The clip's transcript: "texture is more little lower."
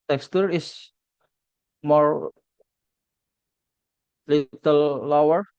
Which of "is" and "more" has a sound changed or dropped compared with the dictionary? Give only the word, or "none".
is